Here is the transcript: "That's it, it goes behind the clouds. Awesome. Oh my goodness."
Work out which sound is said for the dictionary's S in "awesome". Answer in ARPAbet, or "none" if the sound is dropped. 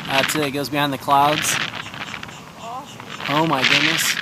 none